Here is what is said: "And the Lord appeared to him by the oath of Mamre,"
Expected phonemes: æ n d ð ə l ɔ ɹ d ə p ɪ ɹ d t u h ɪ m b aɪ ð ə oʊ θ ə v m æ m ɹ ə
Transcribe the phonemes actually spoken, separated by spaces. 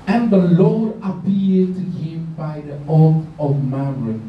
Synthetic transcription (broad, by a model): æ n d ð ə l ɔ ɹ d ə p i l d t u h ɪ m b aɪ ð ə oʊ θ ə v m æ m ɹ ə